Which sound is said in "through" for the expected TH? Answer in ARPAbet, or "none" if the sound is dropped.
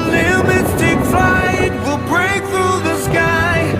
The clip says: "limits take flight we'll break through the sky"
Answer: TH